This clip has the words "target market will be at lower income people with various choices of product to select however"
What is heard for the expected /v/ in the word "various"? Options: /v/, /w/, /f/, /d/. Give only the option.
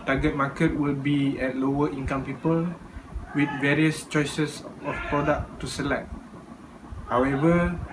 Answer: /v/